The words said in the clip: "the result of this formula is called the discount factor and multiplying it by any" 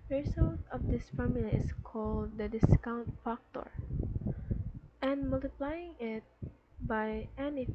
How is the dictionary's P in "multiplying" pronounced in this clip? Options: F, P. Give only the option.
P